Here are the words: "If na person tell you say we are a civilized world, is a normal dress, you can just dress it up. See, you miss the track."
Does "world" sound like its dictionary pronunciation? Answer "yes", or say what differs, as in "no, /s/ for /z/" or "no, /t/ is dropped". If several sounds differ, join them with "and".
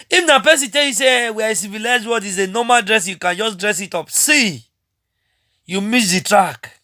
no, /l/ is dropped